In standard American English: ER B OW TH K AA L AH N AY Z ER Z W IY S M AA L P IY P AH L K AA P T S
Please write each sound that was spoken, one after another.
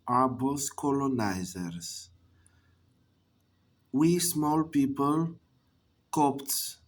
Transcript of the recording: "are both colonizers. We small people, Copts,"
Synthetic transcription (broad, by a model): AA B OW S K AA L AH N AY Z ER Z W IY S M AA L P IY P AH L K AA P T